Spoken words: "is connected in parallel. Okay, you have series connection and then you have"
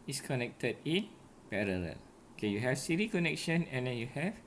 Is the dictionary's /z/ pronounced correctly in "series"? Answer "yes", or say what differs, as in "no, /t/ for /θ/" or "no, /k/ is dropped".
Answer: no, /z/ is dropped